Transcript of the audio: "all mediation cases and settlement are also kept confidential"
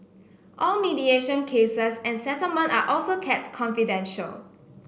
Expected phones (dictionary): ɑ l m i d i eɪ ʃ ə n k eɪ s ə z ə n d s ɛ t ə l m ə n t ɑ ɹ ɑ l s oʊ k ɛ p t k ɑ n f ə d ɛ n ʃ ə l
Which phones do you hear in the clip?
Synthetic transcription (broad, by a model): ɑ l m i d i eɪ ʃ ə n k eɪ s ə s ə n s ɛ t ə l m ə n t ɑ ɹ ɑ l s oʊ k ɛ t k ɑ n f ə d ɛ n ʃ ə l